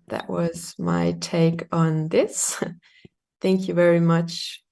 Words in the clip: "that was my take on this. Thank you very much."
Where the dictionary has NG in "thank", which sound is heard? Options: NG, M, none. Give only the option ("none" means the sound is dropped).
NG